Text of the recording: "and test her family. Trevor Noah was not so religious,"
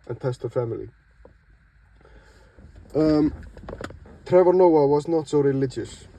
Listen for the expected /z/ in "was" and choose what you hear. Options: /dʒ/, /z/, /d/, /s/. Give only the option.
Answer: /z/